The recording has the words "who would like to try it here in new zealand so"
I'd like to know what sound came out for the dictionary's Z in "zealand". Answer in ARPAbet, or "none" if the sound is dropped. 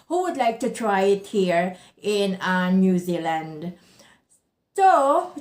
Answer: Z